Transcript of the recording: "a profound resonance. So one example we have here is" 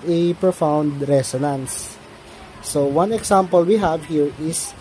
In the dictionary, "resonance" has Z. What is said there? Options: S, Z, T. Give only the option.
S